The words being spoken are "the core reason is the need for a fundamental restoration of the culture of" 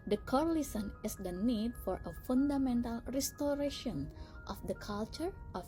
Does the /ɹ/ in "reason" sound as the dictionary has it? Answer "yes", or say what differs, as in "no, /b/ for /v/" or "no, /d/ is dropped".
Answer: no, /l/ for /ɹ/